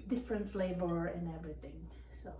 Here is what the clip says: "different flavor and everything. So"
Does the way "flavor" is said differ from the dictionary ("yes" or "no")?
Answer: yes